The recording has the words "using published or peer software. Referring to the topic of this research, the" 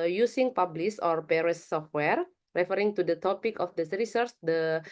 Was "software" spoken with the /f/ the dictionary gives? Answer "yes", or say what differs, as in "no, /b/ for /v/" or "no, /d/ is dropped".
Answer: yes